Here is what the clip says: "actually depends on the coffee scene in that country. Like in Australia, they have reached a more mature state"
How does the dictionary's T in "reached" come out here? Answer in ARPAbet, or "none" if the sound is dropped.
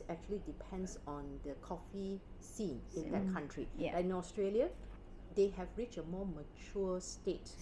none